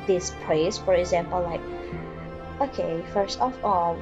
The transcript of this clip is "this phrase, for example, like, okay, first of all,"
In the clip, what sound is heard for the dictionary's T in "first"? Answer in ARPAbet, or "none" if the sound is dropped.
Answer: T